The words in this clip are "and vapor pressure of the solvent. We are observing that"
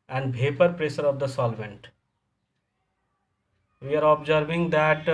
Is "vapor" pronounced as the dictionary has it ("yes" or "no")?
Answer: no